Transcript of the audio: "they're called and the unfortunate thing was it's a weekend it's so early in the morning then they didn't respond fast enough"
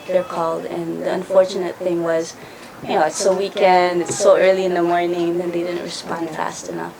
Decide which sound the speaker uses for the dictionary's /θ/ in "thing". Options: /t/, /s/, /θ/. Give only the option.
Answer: /θ/